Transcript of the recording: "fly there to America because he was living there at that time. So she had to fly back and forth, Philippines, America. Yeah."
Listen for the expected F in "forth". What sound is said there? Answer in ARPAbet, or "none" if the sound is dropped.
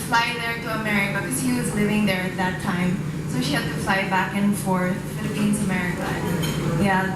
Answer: F